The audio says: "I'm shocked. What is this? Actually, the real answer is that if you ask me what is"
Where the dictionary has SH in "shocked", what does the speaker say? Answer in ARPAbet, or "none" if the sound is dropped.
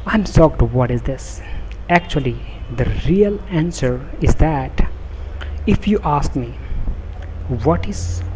S